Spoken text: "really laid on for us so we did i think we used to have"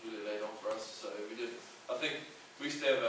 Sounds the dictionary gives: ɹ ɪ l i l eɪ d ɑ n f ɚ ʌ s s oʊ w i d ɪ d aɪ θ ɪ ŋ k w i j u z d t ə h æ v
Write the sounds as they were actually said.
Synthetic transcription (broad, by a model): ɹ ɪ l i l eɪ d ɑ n f ɚ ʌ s s oʊ w i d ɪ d aɪ θ ɪ ŋ k w i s t ə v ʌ